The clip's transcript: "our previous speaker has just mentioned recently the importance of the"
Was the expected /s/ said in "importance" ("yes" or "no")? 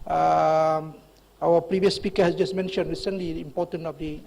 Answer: no